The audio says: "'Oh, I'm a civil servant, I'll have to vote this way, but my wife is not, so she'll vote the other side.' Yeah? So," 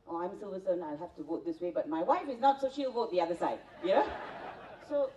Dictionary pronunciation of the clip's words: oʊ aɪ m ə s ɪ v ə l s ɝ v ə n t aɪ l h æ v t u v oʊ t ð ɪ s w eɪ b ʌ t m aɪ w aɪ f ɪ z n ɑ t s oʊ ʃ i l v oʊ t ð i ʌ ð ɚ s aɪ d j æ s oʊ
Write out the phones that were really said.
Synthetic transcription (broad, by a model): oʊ aɪ m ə s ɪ v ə s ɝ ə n aɪ l h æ f t u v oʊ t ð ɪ s w eɪ b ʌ t m aɪ w aɪ f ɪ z n ɑ t s oʊ ʃ i l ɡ oʊ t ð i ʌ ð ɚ s aɪ d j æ s oʊ